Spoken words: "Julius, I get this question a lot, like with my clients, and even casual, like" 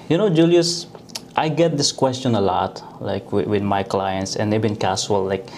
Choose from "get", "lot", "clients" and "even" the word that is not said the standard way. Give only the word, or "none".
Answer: even